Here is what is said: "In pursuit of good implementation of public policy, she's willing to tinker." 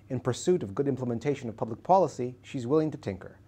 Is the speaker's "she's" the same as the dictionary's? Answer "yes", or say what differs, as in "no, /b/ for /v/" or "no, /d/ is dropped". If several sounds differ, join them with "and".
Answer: yes